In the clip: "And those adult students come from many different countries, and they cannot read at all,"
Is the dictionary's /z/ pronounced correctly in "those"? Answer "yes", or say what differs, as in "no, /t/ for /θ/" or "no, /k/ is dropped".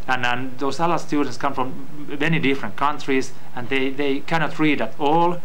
no, /s/ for /z/